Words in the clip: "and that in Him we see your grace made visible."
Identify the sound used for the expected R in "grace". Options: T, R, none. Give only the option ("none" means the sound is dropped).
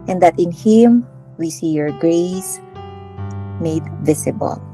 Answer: R